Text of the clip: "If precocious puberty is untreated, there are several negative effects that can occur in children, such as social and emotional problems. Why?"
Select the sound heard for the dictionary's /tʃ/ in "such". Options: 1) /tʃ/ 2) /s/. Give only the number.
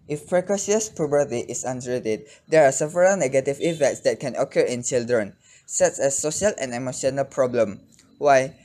2